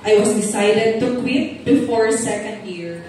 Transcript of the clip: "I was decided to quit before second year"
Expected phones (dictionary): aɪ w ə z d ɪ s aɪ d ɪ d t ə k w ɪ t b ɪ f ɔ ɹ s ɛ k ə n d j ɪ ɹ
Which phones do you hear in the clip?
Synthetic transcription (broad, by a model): aɪ w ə s d ɪ s aɪ d ɪ d t ə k w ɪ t b ɪ f ɔ ɹ s ɛ k ə n d j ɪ ɹ